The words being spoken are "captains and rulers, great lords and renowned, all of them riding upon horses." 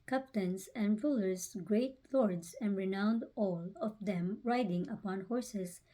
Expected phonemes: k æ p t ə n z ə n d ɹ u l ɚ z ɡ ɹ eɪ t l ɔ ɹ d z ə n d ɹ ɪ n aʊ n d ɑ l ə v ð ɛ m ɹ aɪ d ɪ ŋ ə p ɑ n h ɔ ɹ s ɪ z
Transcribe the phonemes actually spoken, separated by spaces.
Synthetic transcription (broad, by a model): k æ p t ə n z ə n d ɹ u l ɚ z ɡ ɹ eɪ t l ɔ ɹ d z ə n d ɹ ɪ n aʊ n d ɑ l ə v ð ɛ m ɹ aɪ d ɪ ŋ ə p ɑ n h ɔ ɹ s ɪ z